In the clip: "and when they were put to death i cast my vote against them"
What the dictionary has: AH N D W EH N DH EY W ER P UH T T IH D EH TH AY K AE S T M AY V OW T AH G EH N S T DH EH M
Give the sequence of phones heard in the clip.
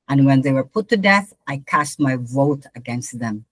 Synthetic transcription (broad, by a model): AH N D W EH N DH EY W ER P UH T T IH D EH TH AY K AE S T M AY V OW T AH G EH N S T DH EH M